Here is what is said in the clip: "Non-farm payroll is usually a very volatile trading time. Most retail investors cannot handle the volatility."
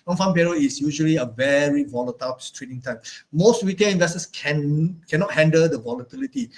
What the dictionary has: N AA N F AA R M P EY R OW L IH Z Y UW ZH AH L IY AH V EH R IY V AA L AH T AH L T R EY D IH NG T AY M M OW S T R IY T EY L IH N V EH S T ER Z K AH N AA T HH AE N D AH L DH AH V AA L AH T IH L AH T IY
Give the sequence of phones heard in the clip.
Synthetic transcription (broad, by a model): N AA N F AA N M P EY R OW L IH S Y UW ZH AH L IY AH V EH R IY V AA L AH T AH L T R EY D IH NG T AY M M OW S T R IY T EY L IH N V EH S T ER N K AH N AA T HH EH N D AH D AH V AA L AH T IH L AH T IY